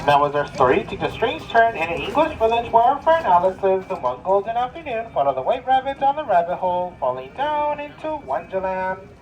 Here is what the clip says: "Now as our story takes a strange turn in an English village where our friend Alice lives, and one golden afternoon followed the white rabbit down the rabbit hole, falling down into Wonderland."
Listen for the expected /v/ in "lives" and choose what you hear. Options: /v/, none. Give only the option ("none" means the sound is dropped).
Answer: none